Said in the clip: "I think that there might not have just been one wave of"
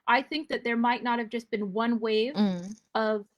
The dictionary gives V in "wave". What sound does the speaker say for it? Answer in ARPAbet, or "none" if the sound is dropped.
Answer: V